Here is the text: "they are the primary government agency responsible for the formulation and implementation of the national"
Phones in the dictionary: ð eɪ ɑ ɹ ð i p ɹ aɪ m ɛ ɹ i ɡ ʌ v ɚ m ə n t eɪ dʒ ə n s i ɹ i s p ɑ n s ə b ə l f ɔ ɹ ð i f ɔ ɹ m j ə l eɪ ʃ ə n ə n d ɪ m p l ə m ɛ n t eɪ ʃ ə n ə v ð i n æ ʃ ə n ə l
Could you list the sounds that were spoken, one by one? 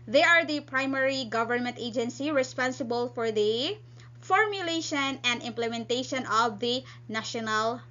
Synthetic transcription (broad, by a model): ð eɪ ɑ ɹ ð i p ɹ aɪ m ɛ ɹ i ɡ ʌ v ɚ m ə n t eɪ dʒ ə n s i ɹ i s p ɑ n s ə b ə l f ɔ ɹ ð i f ɔ ɹ m j ə l eɪ ʃ ə n ə n d ɪ m p l ə m ɛ n t eɪ ʃ ə n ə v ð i n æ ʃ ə n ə l